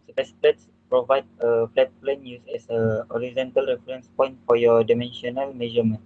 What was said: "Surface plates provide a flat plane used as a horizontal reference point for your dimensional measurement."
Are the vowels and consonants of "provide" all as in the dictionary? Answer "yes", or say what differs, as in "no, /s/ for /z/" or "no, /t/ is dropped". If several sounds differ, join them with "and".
yes